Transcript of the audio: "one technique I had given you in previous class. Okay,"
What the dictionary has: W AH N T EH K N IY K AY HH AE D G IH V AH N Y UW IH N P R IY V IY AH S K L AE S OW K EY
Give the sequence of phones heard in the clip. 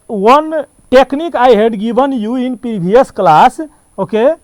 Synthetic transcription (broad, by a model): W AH N T EH K N IY K AY HH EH D G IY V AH N Y UW IH N P IY B IY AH S K L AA S OW K EY